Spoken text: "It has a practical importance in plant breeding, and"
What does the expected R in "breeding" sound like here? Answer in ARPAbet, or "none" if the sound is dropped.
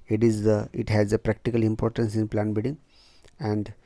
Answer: none